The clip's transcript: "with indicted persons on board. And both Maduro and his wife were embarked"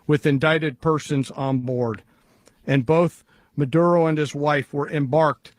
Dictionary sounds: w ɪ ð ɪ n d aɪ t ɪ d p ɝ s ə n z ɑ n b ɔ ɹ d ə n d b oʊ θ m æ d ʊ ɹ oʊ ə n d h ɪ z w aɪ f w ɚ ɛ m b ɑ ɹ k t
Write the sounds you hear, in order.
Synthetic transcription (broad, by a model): w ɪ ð ɪ n d aɪ t ɪ d p ɝ s ə n z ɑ n b ɔ ɹ d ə n b oʊ θ m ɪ d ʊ ɹ oʊ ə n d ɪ z w aɪ f w ɚ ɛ m b ɑ ɹ k t